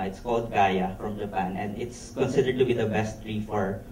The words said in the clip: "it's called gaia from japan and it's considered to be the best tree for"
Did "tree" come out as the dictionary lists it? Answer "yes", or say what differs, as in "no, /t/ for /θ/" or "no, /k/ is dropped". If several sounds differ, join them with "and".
yes